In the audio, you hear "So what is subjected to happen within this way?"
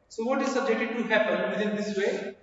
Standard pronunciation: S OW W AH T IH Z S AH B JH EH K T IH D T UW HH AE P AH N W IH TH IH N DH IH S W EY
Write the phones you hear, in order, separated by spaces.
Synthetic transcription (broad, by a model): S OW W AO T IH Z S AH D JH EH T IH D T UW HH AE P AH N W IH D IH N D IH S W EY